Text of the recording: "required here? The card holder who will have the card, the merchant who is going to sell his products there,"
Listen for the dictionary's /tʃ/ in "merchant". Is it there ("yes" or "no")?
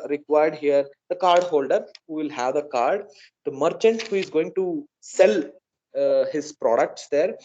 yes